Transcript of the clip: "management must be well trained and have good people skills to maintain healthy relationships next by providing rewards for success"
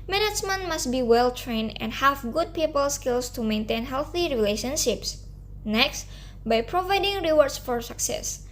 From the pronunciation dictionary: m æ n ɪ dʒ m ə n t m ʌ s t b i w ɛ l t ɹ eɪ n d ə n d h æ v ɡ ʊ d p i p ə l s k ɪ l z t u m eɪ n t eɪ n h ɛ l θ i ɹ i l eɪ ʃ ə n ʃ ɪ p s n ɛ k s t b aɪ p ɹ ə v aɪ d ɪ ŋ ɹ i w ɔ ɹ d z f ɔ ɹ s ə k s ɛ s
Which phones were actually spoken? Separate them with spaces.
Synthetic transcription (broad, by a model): m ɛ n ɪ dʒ m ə n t m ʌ s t b i w ɛ l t ɹ eɪ n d ə n d h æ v ɡ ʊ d p i p ə l s k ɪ l s t u m eɪ n t eɪ n h ɛ l θ i ɹ i l eɪ ʃ ə n ʃ ɪ p s n ɛ k s t b aɪ p ɹ ə v aɪ d ɪ ŋ ɹ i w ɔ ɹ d s f ɔ ɹ s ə k s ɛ s